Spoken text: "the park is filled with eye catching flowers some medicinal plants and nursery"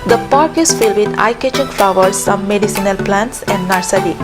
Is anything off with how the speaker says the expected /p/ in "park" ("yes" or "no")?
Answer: no